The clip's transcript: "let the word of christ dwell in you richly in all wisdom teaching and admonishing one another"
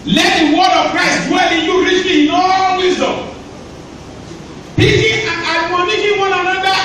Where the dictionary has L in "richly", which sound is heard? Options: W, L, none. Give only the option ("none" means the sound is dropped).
none